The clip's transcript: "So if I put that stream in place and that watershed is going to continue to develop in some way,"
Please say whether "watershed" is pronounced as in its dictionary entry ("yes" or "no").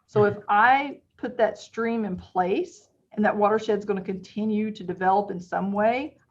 yes